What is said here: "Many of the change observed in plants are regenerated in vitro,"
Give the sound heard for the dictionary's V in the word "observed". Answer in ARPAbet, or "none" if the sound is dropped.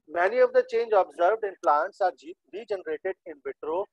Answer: V